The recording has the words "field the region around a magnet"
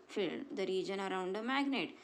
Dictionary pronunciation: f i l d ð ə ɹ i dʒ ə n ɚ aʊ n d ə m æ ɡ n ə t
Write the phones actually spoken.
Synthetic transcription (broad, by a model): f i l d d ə ɹ i dʒ ə n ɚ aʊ n d ə m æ ɡ n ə t